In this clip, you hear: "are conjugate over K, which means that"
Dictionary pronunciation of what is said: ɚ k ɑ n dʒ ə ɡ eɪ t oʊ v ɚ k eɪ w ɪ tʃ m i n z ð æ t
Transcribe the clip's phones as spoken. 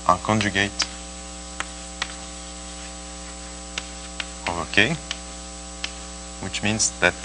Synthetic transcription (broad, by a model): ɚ k ɑ n dʒ ə ɡ eɪ t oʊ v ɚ k eɪ w ɪ tʃ m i n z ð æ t